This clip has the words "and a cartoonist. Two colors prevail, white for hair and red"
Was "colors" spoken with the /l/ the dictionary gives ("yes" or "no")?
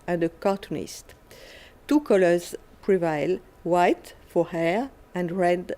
yes